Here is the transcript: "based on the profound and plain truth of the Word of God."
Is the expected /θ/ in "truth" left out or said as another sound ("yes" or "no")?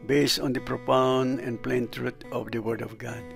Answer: yes